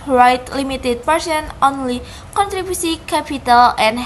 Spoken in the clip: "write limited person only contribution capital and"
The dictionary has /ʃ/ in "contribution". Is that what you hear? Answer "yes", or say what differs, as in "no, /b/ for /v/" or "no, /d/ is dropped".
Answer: no, /s/ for /ʃ/